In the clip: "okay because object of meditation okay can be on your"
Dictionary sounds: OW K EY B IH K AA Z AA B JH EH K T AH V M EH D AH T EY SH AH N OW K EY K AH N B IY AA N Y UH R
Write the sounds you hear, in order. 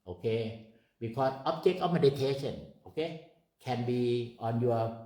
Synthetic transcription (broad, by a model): OW K EY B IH K AA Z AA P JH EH K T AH F M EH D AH T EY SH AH N OW K EY K AH N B IY AA N Y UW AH